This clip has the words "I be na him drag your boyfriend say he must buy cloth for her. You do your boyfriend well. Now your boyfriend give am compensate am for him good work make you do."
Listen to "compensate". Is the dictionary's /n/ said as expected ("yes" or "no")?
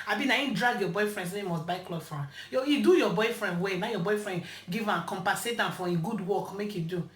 no